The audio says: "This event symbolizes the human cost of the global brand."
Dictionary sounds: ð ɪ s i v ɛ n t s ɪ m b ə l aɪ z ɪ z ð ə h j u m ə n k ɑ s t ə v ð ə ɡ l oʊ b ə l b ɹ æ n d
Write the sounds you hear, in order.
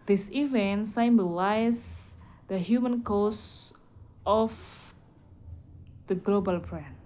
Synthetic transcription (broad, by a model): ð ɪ s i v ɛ n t s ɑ m b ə l aɪ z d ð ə h j u m ə n k ɑ s t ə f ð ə ɡ l oʊ b ə l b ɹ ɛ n